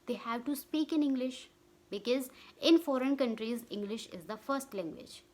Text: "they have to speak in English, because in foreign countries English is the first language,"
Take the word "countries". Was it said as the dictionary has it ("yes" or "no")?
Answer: yes